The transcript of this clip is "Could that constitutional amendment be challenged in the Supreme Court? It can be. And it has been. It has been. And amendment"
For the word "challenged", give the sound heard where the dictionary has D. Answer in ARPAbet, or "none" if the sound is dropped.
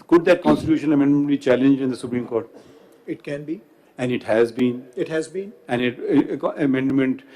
none